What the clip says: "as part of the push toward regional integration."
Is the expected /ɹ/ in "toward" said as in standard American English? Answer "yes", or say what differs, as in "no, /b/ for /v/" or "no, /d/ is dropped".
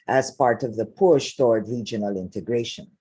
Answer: yes